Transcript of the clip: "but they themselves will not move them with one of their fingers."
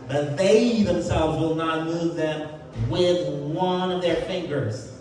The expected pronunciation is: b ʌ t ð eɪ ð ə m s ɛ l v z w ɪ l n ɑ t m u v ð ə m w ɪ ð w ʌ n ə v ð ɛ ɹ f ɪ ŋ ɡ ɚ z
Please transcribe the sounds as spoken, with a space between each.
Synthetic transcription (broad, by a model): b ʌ t ð eɪ ð ə m s ɛ l v z w ɪ l n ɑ t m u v ð ə m w ɪ ð w ʌ n ə v ð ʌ ɹ f ɪ ŋ ɡ ɚ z